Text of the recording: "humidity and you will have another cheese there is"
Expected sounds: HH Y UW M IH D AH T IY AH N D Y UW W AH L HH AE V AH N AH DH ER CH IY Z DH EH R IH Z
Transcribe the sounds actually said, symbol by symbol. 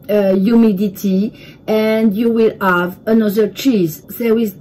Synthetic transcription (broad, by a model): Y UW M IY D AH T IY AH N D Y UW W AH L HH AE V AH N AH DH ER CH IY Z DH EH W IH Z